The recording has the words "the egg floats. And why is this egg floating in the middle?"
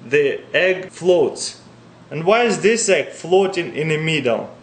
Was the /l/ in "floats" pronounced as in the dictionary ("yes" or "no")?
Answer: yes